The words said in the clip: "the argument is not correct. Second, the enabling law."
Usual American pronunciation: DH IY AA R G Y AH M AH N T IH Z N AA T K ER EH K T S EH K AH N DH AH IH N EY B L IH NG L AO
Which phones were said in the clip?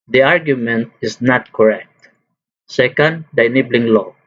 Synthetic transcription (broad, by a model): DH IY AA R G Y AH M AH N T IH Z N AA T K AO EH K T S EH K AH N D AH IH N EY B L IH NG L AO